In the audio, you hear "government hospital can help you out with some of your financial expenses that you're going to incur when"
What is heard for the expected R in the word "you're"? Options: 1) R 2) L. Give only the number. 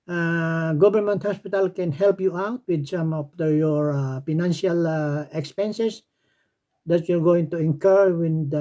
2